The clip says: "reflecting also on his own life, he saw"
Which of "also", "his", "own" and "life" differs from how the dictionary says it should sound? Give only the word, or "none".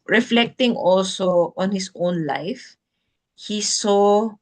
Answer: his